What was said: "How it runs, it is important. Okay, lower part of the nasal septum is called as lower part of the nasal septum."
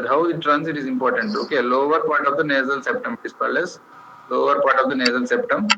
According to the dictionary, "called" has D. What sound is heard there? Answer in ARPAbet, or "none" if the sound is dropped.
none